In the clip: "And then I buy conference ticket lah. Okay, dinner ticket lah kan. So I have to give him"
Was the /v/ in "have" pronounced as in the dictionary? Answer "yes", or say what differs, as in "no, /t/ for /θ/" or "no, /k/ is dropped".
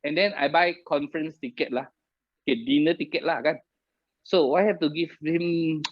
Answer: no, /f/ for /v/